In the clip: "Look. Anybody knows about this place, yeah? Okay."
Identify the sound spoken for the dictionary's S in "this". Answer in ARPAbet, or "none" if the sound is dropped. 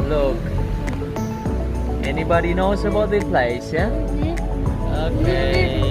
none